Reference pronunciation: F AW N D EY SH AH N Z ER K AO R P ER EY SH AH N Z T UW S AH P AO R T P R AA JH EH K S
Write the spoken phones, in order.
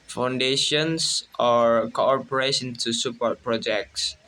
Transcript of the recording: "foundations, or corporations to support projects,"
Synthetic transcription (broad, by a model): F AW N D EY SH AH N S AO K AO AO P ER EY S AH N T UW S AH P AO T P R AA JH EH K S